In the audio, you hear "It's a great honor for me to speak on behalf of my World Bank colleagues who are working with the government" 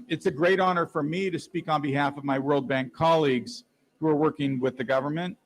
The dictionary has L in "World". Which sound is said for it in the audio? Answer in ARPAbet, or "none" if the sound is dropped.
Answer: L